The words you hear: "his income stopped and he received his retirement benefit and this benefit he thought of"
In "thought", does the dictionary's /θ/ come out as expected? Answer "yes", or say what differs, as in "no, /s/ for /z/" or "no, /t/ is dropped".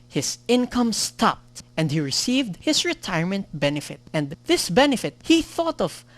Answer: yes